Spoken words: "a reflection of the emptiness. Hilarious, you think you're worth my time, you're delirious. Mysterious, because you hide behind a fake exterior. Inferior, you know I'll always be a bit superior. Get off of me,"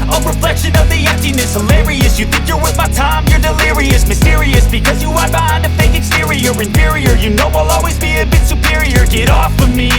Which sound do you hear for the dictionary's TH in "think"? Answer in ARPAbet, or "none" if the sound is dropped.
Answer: TH